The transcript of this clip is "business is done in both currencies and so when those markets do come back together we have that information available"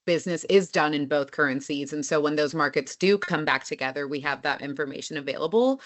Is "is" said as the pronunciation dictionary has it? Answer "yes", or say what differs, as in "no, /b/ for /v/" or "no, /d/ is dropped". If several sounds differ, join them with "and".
yes